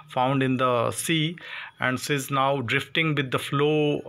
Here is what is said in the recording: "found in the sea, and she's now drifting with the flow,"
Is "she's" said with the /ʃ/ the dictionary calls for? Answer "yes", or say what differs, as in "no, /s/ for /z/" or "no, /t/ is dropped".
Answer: no, /s/ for /ʃ/